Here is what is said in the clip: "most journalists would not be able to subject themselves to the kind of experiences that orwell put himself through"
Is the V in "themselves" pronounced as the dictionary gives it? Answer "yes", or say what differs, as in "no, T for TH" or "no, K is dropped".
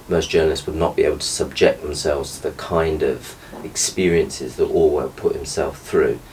yes